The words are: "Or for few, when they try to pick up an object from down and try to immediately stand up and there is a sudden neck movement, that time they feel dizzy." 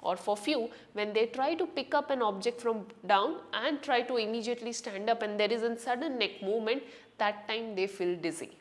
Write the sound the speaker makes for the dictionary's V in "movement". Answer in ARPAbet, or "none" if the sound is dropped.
none